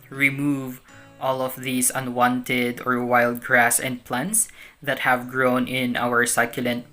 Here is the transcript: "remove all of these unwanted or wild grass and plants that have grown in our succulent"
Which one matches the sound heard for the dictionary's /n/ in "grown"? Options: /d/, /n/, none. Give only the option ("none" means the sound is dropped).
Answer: /n/